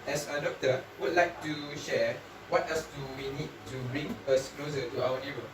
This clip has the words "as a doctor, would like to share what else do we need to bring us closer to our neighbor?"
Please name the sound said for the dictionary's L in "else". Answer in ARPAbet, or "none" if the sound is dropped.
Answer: none